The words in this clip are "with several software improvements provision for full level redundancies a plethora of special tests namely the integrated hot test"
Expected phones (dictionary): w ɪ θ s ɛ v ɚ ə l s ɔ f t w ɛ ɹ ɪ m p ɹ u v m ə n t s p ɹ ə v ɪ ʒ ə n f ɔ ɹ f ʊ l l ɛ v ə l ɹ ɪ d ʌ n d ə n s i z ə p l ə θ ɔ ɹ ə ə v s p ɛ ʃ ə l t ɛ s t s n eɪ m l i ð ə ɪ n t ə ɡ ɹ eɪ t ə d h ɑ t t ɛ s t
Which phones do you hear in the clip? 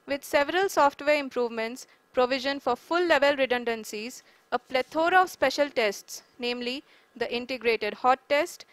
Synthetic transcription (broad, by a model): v ɪ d s ɛ v ɚ ə l s ɔ f t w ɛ ɹ ɪ m p ɹ u v m ə n t s p ɹ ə v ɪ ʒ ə n f ɔ ɹ f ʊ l l ɛ v ə l ɹ ɪ d ʌ n d ə n s i z ə p l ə t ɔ ɹ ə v s p ɛ ʃ ə l t ɛ s t s n eɪ m l i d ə ɪ n t ə ɡ ɹ eɪ t ə d h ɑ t t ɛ s t